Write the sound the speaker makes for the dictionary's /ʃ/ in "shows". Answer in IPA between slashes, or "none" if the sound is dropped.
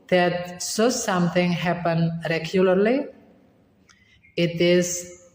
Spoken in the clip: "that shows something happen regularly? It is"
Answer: /s/